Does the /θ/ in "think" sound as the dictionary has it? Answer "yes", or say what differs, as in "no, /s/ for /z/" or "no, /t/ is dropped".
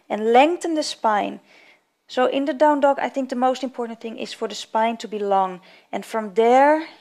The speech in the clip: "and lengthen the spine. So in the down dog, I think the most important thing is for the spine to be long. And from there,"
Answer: yes